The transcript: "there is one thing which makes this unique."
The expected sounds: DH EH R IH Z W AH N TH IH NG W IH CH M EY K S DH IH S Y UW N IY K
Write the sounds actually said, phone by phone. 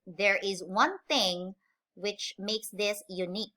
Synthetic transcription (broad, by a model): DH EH R IH Z W AH N TH IH NG W IH CH M EY K S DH IH S Y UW N IY K